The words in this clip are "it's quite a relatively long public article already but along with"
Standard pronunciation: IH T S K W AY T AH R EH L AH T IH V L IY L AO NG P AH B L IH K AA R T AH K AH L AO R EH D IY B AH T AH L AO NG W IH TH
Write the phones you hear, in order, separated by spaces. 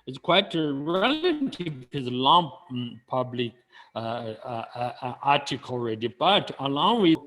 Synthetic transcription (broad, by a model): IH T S K W AY T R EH L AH T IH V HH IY L AO NG P AH B L IH K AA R T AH K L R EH D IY B AH T AH L AO NG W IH